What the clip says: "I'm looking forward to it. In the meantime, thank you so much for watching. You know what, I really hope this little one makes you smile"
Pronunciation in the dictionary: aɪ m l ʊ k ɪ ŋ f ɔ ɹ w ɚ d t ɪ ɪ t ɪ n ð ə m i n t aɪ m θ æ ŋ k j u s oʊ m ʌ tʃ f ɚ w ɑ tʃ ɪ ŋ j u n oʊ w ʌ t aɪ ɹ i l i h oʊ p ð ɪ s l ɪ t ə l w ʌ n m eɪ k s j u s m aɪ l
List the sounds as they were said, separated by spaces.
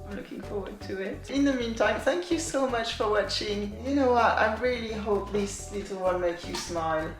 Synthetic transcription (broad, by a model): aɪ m l ʊ k ɪ ŋ f ɔ ɹ w ɚ d t ɪ ɪ t ɪ n ð ə m i n t aɪ m θ æ ŋ k j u s oʊ m ʌ tʃ f ɚ w ɑ tʃ ɪ ŋ j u n oʊ w ʌ t aɪ ɹ i l i h oʊ p ð ɪ s l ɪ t l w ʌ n m eɪ k j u s m aɪ l